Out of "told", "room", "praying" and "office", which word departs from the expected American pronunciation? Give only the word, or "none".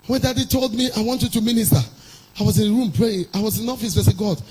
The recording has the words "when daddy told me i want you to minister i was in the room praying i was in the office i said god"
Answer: none